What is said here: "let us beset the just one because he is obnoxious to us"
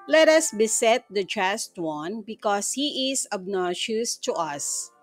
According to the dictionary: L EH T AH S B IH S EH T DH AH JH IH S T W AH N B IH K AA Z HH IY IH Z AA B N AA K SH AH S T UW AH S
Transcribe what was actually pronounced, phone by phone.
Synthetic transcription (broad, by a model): L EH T AH S B IH S EH T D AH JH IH S T W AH N B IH K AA S HH IY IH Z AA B N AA SH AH S T UW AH S